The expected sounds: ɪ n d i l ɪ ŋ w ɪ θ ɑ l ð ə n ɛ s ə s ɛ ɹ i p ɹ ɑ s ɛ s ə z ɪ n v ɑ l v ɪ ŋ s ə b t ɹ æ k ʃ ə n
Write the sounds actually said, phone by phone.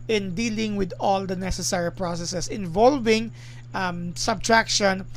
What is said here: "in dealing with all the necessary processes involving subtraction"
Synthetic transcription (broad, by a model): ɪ n d i l ɪ ŋ w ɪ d ɑ l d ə n ɛ s ə s ɛ ɹ i p ɹ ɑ s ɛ s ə s ɪ n v ɑ l v ɪ ŋ s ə b t ɹ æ k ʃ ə n